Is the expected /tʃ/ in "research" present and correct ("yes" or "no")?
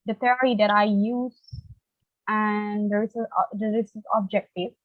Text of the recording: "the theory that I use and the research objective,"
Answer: no